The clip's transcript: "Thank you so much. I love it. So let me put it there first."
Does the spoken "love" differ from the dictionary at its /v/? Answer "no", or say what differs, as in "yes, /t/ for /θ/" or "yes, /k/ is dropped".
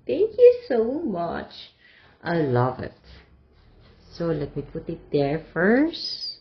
no